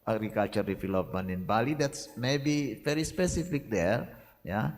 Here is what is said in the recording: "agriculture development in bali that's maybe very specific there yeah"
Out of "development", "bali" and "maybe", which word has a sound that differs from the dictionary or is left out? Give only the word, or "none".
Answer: development